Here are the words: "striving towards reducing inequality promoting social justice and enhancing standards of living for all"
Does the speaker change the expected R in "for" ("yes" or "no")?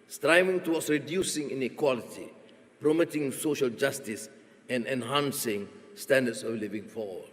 yes